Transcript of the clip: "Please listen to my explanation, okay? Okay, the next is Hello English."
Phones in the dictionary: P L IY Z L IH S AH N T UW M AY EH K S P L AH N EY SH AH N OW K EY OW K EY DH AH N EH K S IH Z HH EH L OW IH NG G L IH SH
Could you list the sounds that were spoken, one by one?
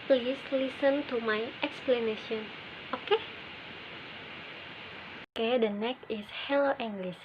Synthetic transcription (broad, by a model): P L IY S L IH S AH N T UW M AY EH K S P L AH N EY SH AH N OW K EY OW K EY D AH N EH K IH S HH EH L OW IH NG G L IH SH